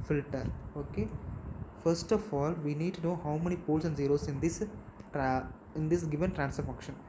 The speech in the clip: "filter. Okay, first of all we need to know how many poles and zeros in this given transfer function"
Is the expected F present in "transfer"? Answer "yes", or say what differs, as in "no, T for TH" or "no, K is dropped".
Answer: no, F is dropped